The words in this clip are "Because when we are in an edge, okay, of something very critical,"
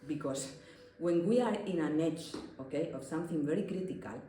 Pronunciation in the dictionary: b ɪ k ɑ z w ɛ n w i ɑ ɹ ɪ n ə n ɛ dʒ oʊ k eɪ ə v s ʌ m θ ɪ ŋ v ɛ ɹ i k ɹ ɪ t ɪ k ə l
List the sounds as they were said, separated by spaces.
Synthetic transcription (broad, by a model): b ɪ k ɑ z w ɛ n w i ɑ ɹ ɪ n ə n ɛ tʃ oʊ k eɪ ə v s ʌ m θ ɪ ŋ v ɛ ɹ i k ɹ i t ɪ k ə l